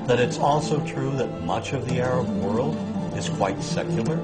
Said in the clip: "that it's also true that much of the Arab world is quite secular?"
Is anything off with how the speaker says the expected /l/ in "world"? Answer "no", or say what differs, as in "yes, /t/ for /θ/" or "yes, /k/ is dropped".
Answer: no